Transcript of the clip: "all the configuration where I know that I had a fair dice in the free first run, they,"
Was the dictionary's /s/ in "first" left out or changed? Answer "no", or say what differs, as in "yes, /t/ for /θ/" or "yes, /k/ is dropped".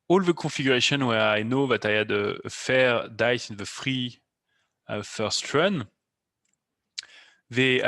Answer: no